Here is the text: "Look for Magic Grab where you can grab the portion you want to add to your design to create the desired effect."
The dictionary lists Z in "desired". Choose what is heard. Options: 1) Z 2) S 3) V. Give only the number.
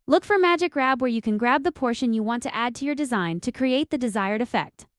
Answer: 1